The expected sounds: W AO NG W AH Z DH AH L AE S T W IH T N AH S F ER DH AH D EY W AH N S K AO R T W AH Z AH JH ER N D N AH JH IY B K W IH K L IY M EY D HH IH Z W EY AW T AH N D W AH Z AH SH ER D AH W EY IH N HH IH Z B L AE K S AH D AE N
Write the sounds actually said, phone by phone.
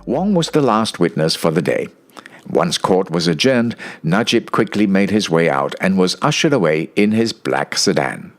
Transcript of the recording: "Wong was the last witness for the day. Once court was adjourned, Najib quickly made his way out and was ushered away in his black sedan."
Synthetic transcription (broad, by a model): W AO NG W AH Z DH AH L AE S T W IH T N AH S F ER DH AH D EY W AH N S K AO R T W AH Z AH JH ER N D N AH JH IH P K W IH K L IY M EY D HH IH Z W EY AW T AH N W AH Z AH SH ER D AH W EY IH N IH Z B L AE K S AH D AE N